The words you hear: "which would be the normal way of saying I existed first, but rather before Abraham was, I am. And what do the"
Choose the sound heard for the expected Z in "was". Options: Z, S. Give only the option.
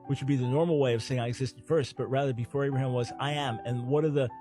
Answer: Z